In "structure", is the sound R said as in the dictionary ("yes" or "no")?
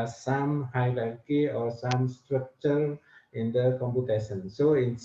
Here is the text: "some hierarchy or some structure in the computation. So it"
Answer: yes